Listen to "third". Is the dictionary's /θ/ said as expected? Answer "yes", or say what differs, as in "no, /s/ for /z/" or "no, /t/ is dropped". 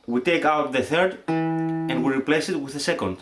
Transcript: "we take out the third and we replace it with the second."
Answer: yes